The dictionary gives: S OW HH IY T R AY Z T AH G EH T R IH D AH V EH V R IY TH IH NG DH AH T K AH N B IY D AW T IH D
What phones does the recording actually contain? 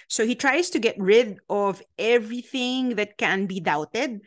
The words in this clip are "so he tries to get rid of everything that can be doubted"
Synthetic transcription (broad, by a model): S OW HH IY T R AY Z T AH G EH T R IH D AH V EH V R IY TH IH NG DH AH T K AH N B IY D AW T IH D